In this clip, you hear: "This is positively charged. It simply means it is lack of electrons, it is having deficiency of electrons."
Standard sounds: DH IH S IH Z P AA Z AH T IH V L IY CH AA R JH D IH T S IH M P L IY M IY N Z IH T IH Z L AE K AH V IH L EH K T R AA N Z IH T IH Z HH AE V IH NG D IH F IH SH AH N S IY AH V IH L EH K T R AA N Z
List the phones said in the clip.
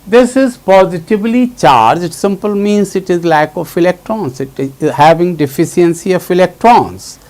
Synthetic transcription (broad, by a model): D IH S IH Z P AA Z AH T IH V L IY CH AA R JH IH T S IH M P L M IY N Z IH T IH Z L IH K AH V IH L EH K T R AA N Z IH T IH Z HH AE V IH NG D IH F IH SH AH N S IY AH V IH L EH K T R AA N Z